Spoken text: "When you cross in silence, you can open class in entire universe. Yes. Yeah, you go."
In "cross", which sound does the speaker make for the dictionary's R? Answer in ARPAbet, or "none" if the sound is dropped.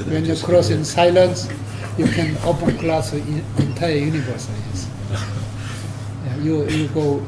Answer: R